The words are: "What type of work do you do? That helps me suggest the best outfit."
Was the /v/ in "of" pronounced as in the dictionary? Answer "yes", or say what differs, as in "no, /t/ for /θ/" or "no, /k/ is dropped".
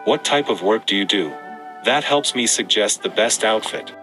yes